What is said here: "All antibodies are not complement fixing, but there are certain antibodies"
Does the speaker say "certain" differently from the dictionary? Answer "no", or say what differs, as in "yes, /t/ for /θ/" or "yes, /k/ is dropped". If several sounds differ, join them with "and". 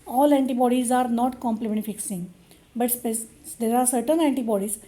no